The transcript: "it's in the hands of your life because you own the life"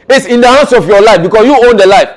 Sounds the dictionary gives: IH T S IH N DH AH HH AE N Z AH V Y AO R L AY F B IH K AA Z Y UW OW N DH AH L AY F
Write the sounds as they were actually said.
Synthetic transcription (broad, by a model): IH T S IH N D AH HH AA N S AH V Y AO L AY F B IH K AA S Y UW OW N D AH L AY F